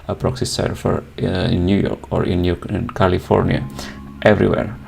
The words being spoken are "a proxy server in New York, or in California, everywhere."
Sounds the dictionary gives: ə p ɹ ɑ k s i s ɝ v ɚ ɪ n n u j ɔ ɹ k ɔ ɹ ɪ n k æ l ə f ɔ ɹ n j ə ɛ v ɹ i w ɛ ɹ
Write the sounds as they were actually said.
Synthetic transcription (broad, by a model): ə p ɹ ɑ k s i s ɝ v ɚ ɪ n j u j ɔ ɹ k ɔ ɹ ɪ n k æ l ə f ɔ ɹ n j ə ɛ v ɹ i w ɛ ɹ